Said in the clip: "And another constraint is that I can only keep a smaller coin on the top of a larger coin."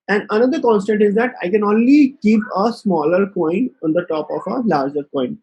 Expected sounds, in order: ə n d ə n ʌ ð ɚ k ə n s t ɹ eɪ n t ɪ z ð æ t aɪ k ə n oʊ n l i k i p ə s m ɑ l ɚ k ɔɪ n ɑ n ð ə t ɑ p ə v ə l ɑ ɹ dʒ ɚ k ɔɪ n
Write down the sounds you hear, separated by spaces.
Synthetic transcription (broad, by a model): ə n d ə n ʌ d ɚ k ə n s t eɪ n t ɪ z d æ t aɪ k ə n oʊ n l i k i p ə s m ɑ l ɚ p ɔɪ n ɑ n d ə t ɑ p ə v ə l ɑ ɹ dʒ ɚ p ɔɪ n